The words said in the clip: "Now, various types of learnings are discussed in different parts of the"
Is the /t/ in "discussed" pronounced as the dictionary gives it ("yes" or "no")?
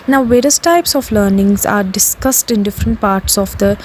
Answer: yes